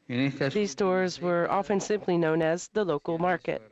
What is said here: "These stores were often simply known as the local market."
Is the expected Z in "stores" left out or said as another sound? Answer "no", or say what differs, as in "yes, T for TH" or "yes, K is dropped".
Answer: no